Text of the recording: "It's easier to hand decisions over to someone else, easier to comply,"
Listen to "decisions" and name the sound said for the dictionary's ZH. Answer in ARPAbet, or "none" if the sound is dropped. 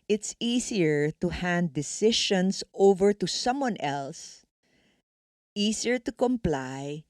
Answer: SH